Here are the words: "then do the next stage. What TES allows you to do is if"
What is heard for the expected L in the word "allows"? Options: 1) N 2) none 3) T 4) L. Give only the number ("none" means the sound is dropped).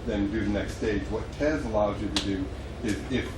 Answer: 1